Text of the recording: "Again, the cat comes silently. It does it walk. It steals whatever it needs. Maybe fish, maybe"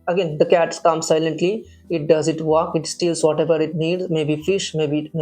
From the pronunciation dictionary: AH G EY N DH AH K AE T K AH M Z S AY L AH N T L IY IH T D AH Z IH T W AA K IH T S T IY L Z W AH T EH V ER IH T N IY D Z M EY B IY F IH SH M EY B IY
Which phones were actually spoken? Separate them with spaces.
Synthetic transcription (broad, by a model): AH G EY N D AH K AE T K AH M S AY L AH N T L IY IH T D AH Z IH T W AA K IH T S T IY L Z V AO T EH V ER IH T N IY D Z M EY B IY F IH SH M EY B IY